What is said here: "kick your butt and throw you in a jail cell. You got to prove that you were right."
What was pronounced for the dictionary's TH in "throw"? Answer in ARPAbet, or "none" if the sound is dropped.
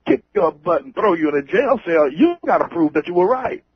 TH